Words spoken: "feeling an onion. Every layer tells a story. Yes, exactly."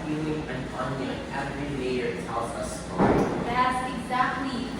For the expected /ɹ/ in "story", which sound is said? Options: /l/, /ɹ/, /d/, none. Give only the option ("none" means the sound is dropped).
none